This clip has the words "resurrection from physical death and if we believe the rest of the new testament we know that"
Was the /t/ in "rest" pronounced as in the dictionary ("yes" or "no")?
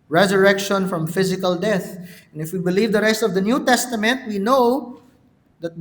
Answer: yes